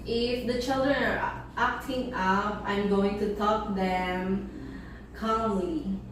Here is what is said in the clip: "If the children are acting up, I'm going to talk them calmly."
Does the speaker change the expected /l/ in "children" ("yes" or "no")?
no